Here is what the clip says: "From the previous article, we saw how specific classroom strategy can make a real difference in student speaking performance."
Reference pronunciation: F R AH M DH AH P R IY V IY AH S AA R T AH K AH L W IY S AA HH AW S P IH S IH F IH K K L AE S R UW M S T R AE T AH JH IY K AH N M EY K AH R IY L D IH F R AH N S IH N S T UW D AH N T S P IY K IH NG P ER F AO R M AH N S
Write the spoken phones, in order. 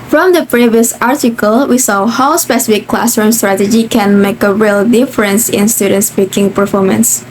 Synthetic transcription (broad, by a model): F R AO M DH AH P R IY V IY AH S AA R T AH K AH L W IY S AA HH AW S P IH S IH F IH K K L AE S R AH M S T R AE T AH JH IY K AH N M EY K AH R IY L D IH F R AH N S IH N S T UW D AH N T S P IY K IH NG P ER F AO R M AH N S